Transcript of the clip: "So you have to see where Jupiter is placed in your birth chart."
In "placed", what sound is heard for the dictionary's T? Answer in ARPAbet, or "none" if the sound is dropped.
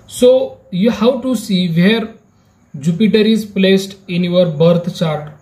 T